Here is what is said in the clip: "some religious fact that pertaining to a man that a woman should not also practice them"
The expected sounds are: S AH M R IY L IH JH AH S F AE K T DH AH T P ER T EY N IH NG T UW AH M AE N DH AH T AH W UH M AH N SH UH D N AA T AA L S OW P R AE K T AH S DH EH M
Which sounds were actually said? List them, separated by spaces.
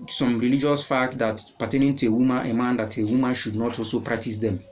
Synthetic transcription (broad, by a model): S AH M R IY L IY JH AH S F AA K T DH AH T P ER T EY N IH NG T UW AH M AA N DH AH T AH W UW M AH N SH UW D N AA T AA L S OW P R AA K T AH S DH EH M